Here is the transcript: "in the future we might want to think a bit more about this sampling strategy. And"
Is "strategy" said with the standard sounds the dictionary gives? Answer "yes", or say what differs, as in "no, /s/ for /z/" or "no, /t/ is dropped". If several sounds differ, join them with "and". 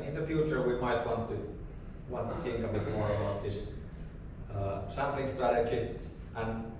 no, /tʃ/ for /dʒ/